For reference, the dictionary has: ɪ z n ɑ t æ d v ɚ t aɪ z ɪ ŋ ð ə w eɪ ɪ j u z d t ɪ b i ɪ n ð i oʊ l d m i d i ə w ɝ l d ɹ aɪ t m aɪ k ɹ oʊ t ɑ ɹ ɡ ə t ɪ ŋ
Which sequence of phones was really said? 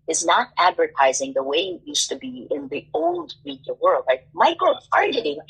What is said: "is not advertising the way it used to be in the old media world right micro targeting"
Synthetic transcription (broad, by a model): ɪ z n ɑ t æ d v ɚ t aɪ z ɪ ŋ ð ə w eɪ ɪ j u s t ɪ b i ɪ n ð i oʊ l d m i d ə w ɝ l d ɹ aɪ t m aɪ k oʊ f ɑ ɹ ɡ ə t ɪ